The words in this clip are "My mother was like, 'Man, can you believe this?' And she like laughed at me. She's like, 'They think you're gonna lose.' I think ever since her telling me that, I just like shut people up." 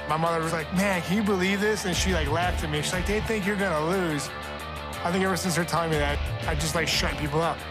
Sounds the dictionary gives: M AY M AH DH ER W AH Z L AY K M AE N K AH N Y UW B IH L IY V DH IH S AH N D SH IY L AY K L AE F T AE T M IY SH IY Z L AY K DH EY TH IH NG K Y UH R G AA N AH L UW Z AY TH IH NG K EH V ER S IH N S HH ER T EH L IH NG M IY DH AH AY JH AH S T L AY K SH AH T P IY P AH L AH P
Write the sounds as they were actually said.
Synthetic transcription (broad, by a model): M AY M AH DH ER W AH Z L AY K M AE N K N Y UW B IH L IY V DH IH S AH N SH IY L AY K L AE F T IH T M IY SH IY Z L AY K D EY TH IH NG K Y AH R G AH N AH L UW Z AY TH IH NG K EH V ER S IH N S HH ER T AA IH M IY DH AH AY JH AH S T L AY K SH AH T P IY P L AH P